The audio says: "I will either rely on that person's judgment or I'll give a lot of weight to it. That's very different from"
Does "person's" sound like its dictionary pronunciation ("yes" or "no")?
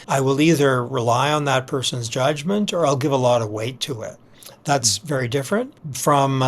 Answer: yes